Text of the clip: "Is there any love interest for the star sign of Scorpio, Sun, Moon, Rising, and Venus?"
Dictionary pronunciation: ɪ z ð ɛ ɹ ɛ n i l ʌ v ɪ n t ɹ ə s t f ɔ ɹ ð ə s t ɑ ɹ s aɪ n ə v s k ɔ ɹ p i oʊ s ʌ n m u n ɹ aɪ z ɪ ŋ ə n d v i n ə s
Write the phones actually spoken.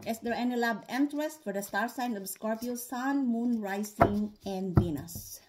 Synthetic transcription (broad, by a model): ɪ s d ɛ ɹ ɛ n i l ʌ b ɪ n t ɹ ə s t f ɔ ɹ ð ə s t ɑ ɹ s aɪ n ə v s k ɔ ɹ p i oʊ s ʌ n m u n ɹ aɪ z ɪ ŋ ə n d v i n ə s